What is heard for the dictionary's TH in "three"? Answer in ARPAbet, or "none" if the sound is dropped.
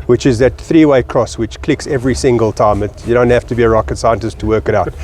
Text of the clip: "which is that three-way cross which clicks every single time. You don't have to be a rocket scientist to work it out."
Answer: TH